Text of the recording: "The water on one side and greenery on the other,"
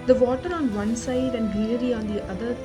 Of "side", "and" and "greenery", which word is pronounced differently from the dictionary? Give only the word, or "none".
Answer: greenery